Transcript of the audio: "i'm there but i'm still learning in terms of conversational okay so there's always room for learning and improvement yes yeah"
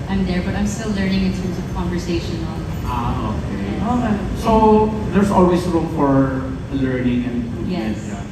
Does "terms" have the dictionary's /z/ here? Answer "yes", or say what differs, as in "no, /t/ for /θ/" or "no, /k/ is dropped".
no, /s/ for /z/